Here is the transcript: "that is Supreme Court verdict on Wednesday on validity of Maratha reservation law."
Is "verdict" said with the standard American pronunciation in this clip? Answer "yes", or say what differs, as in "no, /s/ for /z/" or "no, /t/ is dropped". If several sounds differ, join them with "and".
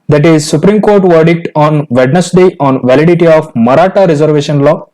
yes